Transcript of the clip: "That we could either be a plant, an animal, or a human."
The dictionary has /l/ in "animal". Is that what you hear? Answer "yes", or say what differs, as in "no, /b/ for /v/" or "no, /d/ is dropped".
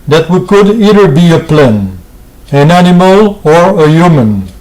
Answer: yes